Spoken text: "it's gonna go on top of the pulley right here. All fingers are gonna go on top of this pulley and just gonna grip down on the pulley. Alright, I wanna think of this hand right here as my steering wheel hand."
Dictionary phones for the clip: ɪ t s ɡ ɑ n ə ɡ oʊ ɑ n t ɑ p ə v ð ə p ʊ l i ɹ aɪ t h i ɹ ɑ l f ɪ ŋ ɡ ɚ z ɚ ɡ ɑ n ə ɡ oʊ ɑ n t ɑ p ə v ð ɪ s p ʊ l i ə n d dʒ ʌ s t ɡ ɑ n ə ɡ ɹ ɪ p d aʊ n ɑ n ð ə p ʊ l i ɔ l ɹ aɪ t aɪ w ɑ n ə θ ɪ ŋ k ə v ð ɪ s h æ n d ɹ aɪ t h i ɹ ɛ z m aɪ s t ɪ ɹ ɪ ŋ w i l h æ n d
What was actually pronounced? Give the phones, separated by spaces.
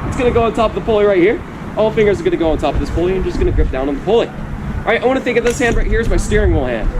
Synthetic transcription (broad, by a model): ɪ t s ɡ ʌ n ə ɡ oʊ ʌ n t ɑ p ə v ð ə p ʊ l i ɹ aɪ t h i ɹ ɑ l f ɪ ŋ ɡ ɚ z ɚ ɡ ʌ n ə ɡ oʊ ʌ n t ɑ p ə v ð ɪ s p ʊ l i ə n dʒ ʌ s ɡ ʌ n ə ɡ ɹ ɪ p d aʊ n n ð ə p ʊ l i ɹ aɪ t aɪ w ɑ n ə θ ɪ ŋ k ə v ð ɪ s h æ n d ɹ aɪ t h i ɹ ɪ z m aɪ s t ɪ ɹ ɪ ŋ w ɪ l h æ n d